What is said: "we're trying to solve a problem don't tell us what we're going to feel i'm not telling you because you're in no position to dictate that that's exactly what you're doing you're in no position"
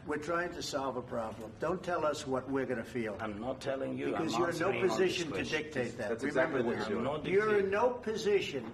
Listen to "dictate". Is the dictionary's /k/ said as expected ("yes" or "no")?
yes